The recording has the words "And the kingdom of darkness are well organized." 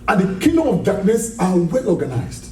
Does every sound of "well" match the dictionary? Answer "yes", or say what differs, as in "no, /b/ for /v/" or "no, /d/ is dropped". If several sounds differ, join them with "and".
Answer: yes